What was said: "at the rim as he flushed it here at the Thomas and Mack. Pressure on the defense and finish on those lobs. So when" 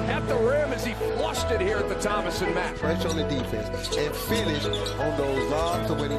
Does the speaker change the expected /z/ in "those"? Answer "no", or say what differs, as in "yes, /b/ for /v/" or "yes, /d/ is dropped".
no